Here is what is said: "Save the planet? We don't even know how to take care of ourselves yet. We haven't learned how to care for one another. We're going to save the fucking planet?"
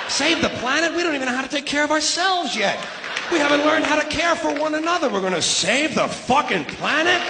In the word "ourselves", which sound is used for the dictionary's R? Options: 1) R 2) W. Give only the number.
1